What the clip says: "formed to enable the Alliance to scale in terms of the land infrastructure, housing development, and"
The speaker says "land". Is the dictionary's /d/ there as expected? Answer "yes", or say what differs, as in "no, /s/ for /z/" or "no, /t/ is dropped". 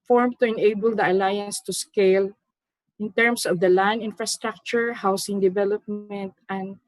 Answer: no, /d/ is dropped